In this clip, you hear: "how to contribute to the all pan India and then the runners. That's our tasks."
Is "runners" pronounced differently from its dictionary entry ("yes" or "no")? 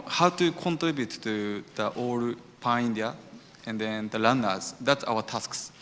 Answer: yes